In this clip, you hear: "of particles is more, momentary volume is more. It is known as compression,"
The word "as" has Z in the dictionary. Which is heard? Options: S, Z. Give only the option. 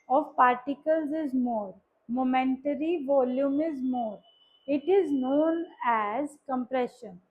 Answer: Z